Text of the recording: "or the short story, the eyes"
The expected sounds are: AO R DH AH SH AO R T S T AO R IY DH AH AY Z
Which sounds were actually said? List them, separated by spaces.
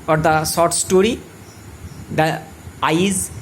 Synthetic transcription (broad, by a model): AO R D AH S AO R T S T AO R IY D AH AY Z